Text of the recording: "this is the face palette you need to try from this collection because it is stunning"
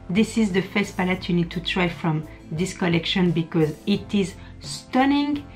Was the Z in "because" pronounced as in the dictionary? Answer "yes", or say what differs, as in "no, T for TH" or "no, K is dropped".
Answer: yes